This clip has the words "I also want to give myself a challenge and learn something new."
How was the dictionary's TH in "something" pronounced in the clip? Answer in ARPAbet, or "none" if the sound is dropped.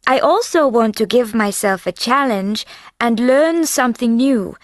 TH